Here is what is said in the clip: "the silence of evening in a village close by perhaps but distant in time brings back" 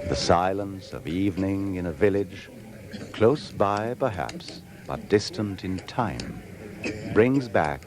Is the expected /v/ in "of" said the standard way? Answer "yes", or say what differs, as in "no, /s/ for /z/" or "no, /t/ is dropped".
yes